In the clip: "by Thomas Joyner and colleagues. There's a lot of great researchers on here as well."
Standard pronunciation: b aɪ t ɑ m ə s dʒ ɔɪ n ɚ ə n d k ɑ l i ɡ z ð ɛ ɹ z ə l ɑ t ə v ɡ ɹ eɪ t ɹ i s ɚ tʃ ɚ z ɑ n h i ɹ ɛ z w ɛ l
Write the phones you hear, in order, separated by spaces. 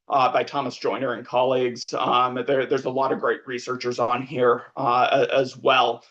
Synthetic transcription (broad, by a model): b aɪ t ɑ m ə s dʒ ɔɪ n ɚ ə n k ɑ l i ɡ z ð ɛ ɹ z ə l ɑ t ə v ɡ ɹ eɪ t ɹ i s ɚ tʃ ɚ z n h i ɹ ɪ z w ɛ l